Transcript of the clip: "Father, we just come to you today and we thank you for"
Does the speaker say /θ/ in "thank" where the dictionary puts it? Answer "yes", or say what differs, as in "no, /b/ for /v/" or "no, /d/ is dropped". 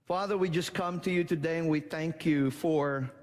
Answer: yes